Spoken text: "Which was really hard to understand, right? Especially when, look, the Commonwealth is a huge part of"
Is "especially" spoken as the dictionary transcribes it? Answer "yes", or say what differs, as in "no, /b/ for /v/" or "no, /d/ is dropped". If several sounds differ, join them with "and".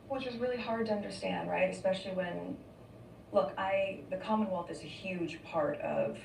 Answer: yes